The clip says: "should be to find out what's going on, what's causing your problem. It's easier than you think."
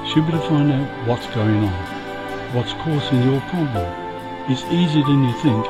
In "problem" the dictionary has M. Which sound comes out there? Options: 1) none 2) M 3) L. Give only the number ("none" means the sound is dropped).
1